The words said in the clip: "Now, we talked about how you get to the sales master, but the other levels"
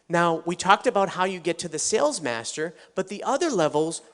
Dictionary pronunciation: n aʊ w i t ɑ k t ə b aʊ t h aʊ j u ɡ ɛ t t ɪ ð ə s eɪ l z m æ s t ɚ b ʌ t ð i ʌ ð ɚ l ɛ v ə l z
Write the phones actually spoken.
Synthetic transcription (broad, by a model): n aʊ w i t ɑ k t ə b aʊ t h aʊ j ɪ ɡ ɛ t t ɪ ð ə s eɪ l z m æ s t ɚ b ʌ t ð i ʌ ð ɚ l ɛ v l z